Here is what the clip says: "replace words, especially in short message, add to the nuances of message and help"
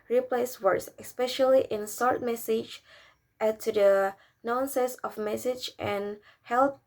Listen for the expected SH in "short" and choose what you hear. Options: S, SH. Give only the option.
S